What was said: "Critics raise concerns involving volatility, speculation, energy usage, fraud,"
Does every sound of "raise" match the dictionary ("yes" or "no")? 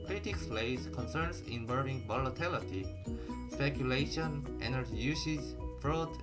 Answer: no